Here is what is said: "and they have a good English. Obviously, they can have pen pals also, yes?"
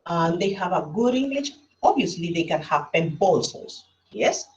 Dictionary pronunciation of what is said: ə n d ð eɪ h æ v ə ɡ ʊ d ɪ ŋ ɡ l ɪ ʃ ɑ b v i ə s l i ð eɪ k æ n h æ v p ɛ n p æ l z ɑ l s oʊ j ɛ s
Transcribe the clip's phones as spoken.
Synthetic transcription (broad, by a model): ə n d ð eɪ h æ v ə ɡ ʊ d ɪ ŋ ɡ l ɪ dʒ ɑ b i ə s l i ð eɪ k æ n h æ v p ɛ n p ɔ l s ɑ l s j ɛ s